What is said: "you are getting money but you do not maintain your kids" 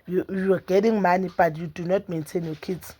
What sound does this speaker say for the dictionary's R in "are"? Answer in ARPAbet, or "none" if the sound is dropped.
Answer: W